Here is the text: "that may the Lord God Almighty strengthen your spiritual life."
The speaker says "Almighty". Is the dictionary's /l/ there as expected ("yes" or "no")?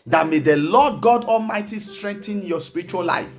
yes